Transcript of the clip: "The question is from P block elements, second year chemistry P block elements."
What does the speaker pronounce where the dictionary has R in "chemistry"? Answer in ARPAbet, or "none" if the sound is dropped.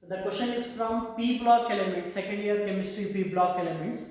R